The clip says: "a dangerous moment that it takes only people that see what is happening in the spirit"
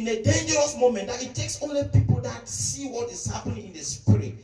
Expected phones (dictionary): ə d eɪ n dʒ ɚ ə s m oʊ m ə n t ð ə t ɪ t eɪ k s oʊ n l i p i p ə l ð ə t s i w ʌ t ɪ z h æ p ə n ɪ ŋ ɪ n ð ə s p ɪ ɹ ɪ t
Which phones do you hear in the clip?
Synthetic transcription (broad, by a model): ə d eɪ n dʒ ɚ ə s m oʊ m ə n t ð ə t ɪ t eɪ k s oʊ n l i p i p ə l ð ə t s i w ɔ t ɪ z h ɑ p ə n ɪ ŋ ɪ n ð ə s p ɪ ɹ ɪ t